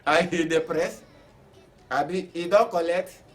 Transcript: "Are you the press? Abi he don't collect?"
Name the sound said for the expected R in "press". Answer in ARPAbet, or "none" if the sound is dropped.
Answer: R